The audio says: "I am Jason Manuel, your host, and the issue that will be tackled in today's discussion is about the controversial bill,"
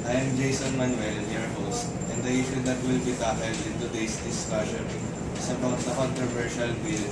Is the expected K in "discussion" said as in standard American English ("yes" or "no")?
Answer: no